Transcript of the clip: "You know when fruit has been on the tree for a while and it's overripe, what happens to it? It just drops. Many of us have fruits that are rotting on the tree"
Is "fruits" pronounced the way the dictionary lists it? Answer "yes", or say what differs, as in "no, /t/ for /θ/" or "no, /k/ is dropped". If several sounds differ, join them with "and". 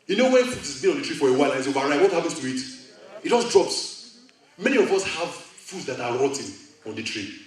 no, /ɹ/ is dropped